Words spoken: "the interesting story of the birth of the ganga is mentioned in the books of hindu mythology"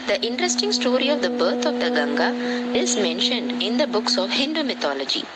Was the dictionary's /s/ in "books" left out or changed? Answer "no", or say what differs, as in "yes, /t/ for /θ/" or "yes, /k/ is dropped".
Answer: no